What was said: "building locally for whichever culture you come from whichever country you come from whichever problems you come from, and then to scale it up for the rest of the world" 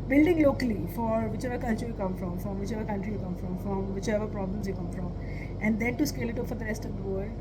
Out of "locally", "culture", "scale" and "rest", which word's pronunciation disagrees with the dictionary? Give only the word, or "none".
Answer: none